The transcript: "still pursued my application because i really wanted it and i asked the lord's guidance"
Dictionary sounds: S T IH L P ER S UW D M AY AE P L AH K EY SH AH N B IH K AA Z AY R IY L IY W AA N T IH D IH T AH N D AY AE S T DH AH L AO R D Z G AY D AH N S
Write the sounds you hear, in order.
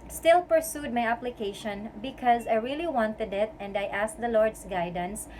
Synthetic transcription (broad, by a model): S T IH L P ER S UW D M AY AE P L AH K EY SH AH N B IH K AA Z AY R IY L IY W AA N T IH D IH T AH N D AY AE S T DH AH L AO R D S G AY D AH N S